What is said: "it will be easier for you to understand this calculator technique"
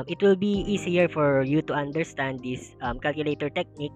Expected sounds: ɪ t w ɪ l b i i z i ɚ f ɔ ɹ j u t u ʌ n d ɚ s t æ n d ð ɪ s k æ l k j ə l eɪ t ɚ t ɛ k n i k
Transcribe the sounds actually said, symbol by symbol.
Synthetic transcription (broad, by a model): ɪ t w ɪ l b i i s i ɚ f ɔ ɹ j u t u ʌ n d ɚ s t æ n d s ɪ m k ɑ l k j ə l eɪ t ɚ t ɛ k n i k